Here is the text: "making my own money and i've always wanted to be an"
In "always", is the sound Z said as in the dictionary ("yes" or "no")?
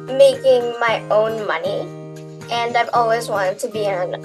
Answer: yes